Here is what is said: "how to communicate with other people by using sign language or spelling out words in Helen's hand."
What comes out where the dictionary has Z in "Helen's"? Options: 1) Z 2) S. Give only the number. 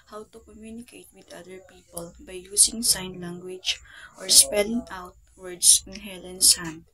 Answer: 2